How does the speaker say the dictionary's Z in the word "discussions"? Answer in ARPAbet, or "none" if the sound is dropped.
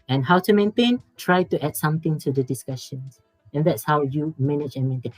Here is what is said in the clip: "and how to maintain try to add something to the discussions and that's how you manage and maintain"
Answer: S